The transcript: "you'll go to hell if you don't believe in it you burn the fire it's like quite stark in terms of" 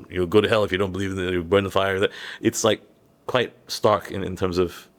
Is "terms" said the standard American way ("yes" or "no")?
yes